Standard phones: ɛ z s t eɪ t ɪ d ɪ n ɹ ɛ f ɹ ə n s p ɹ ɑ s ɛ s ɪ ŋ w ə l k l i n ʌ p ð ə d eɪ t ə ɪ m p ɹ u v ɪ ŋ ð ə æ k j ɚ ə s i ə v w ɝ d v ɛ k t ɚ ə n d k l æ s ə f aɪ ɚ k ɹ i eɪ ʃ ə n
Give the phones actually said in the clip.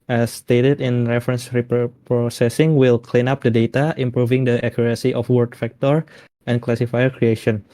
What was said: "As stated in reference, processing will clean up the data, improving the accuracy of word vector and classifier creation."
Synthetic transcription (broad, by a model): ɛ s t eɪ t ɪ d ɪ n ɹ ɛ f ɹ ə n s p ɹ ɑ s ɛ s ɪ ŋ w ə l k l i n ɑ p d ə d eɪ t ə ɪ m p ɹ u v ɪ ŋ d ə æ k j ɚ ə s i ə f w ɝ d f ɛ k t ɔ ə n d k l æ s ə f aɪ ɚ k ɹ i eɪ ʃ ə n